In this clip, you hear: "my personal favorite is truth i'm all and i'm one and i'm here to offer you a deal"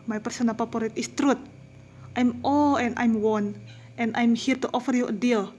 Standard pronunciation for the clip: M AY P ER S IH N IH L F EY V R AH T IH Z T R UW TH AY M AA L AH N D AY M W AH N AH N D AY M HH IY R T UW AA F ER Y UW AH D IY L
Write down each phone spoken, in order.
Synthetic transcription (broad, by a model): M AY P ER S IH N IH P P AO R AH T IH S T R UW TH AY M AA L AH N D AY M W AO N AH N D AY M HH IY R T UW AA F ER Y UW AH D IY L